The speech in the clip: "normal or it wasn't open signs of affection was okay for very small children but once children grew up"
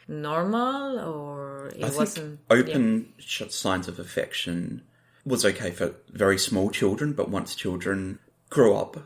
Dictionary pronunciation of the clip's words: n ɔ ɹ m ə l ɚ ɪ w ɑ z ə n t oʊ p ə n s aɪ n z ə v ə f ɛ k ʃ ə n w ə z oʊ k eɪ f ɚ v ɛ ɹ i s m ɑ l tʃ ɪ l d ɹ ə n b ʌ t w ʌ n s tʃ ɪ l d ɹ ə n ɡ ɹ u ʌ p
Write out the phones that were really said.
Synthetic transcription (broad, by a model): n ɔ ɹ m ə l ɚ ɪ ɑ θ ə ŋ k oʊ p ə n s aɪ n z ə v ə f ɛ k ʃ ə n w ə z oʊ k eɪ f ɚ v ɛ ɹ i s m ɑ l tʃ ɪ l d ɹ ə n b ʌ t w ʌ n s tʃ ɪ l d ɹ ə n ɡ ɹ u ʌ p